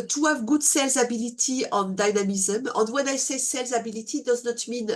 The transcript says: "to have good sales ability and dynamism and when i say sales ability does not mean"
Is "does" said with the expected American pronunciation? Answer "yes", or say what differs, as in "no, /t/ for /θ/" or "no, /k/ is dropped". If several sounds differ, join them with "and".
yes